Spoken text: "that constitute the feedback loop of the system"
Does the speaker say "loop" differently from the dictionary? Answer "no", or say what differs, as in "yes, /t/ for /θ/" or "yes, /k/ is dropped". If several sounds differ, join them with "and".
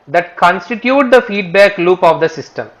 no